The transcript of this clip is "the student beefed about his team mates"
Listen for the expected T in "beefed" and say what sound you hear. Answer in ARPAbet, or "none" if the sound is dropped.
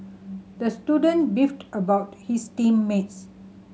T